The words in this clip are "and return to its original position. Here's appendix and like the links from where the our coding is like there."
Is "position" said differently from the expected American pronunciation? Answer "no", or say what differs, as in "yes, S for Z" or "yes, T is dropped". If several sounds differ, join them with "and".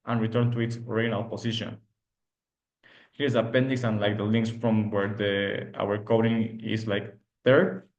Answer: yes, S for Z